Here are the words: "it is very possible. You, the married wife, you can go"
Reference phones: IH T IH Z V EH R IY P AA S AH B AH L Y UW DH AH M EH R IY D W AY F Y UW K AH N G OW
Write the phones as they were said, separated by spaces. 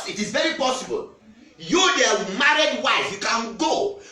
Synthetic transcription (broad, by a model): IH T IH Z V EH R IY P AA S AH B AH L Y UW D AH M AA R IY D W AY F Y UW K AH N G OW